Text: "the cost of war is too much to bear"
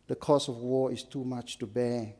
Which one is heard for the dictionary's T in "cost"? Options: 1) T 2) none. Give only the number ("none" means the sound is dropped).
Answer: 2